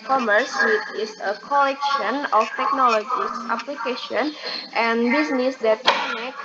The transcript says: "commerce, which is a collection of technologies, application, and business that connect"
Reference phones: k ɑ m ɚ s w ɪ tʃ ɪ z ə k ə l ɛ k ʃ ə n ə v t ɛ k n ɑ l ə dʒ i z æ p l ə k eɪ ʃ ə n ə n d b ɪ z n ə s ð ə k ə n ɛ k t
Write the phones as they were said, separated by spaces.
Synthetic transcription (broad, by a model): k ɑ m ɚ s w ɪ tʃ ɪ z ə k ə l ɛ k ʃ ə n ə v t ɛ k n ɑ l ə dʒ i s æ p l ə k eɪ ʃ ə n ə n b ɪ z n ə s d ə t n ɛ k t